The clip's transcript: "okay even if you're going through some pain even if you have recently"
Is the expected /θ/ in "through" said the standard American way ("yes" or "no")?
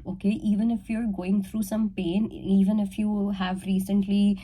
no